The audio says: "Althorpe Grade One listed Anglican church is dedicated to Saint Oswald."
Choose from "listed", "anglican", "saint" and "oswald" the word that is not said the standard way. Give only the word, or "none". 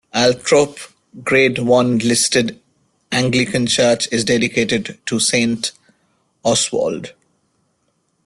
oswald